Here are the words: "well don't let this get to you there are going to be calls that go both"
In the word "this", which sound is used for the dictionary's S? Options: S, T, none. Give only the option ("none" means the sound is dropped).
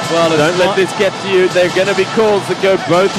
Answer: S